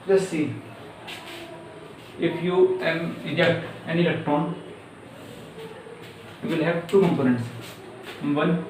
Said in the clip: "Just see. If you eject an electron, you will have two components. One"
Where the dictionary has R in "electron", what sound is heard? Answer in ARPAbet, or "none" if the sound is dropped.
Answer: none